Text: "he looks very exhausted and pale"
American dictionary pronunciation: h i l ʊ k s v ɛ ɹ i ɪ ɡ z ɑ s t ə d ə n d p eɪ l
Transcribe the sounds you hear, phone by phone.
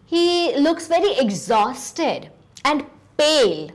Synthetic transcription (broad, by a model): h i l ʊ k s v ɛ ɹ i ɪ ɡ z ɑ s t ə d ə n d p eɪ l